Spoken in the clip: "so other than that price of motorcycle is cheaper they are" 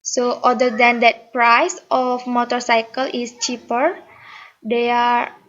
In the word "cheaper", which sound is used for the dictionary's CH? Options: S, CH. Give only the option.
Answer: CH